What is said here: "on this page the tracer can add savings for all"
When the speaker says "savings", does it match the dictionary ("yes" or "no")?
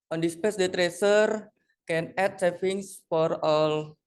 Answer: no